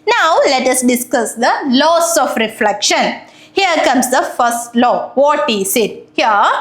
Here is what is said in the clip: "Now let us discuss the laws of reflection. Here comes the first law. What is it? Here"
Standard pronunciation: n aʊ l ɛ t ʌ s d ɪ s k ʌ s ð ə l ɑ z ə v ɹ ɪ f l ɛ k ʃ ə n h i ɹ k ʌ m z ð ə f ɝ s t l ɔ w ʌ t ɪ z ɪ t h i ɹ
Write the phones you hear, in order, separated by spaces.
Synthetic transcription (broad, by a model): n aʊ l ɛ t ʌ s d ɪ s k ʌ s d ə l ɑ s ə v ɹ ɪ f l ɛ k ʃ ə n h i ɹ k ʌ m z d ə f ɝ s t l ɔ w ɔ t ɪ s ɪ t h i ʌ